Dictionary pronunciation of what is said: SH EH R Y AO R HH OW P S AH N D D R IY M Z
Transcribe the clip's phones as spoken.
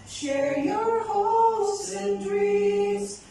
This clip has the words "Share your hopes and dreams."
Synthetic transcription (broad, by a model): SH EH R Y AO R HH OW S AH N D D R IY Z